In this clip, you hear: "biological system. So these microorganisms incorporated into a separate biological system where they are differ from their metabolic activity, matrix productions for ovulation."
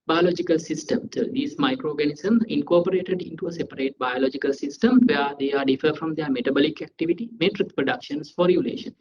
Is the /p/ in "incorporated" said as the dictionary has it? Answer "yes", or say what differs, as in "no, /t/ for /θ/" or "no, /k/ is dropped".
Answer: yes